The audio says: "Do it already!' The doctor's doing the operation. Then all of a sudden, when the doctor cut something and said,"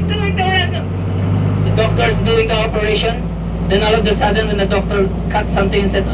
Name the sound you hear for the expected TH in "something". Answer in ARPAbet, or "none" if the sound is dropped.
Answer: T